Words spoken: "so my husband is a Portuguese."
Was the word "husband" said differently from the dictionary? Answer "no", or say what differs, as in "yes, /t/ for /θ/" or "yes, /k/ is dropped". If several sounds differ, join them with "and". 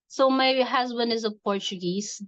no